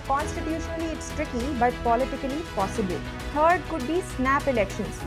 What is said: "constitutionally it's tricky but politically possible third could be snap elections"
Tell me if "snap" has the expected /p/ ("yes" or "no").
yes